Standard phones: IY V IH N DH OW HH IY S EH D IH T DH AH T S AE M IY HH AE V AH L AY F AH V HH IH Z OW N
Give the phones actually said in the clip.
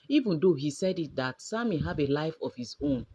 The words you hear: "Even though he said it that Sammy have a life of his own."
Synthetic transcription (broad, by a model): IY V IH N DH OW HH IY S EH D IH T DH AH T S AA M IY HH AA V AH L AY F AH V HH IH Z OW N